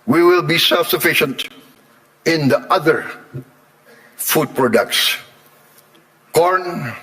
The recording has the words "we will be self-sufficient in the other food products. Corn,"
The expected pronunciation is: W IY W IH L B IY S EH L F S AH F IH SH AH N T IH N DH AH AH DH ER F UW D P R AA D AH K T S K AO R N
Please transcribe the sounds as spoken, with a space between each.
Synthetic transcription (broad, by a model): W IY W IH L B IY S EH L F S AH F IH SH AH N T IH N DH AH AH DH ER F UW D P R AA D AH K T S K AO R N